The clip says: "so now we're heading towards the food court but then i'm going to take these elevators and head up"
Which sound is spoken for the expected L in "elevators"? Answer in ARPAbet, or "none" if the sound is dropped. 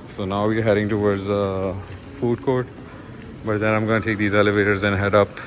L